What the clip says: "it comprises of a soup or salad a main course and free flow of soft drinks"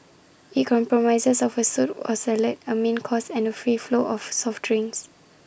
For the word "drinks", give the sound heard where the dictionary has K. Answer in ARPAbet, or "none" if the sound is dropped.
none